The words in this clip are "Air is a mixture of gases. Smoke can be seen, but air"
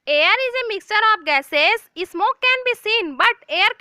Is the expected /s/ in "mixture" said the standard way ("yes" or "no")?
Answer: yes